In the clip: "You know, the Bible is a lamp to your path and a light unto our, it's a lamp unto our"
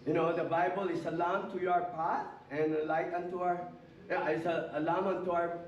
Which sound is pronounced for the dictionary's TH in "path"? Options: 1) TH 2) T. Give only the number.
2